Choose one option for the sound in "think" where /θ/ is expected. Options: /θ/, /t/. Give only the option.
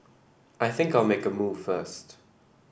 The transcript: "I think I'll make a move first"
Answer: /θ/